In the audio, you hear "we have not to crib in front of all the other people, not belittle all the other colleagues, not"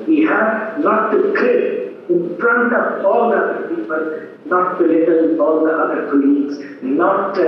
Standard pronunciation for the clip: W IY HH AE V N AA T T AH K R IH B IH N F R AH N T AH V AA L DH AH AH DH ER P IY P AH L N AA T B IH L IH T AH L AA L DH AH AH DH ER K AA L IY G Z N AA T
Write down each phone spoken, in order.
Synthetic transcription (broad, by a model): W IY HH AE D N AA T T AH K L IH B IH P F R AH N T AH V AA L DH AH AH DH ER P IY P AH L N AA T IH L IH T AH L AA L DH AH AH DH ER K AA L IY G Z N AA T